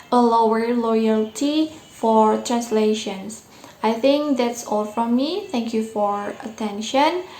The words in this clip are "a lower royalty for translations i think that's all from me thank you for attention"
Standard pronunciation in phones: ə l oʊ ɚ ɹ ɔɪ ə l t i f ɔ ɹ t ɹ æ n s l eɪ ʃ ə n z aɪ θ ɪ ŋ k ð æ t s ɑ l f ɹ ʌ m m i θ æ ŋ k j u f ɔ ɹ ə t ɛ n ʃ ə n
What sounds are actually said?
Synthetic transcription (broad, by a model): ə l oʊ ɚ l ɔɪ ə l t i f ɔ ɹ t ɹ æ n s l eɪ ʃ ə n s aɪ θ ɪ ŋ k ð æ t s ɑ l f ɹ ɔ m m i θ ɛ ŋ k j u f ɔ ɹ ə t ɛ n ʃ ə n